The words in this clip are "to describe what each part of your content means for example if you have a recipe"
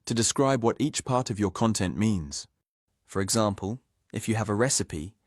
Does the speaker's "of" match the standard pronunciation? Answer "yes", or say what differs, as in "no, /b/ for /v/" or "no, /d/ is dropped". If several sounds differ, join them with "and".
yes